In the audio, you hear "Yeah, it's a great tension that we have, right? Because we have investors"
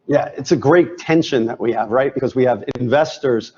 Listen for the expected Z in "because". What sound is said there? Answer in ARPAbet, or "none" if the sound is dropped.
Z